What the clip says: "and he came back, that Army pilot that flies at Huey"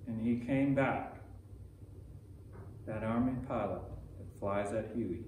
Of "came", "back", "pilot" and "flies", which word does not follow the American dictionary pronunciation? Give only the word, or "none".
none